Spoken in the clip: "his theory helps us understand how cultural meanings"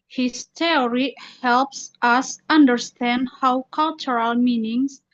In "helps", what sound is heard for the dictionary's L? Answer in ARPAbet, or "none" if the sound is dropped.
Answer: L